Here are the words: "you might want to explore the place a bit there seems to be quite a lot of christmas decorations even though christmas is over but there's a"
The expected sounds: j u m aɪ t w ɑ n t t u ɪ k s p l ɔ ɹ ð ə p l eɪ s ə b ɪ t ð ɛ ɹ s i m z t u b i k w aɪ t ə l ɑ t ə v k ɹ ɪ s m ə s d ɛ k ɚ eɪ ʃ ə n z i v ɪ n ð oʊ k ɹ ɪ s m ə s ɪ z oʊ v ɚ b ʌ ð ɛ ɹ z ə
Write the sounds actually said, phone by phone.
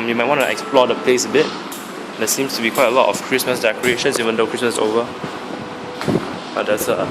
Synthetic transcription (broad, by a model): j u m aɪ t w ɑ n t t u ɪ k s p l ɔ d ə p l eɪ s ə b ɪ t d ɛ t s i m s t u b i k w aɪ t ə l ɑ t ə f k ɹ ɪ s m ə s d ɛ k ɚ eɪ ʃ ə n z i v ɪ n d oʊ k ɹ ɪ s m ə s oʊ v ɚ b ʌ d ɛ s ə